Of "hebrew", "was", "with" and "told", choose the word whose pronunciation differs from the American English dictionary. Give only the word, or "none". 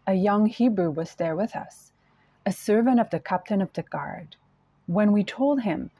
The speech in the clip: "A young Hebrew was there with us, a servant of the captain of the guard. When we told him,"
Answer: none